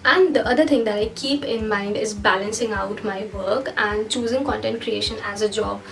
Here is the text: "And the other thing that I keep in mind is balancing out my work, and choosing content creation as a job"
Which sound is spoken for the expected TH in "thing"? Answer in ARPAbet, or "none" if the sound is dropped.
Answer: T